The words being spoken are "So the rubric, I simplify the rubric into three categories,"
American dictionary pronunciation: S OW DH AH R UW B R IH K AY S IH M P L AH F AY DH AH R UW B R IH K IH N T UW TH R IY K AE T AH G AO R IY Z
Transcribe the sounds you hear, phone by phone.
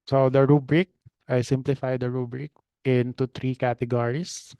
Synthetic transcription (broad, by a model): S OW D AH R UW B R IH K AY S IH M P L AH F AY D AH R UW B R IH K IH N T UW T R IY K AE T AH G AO R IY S